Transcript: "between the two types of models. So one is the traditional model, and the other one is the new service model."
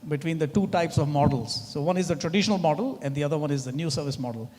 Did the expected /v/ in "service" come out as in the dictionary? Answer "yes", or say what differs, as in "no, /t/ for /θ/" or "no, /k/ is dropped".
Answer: yes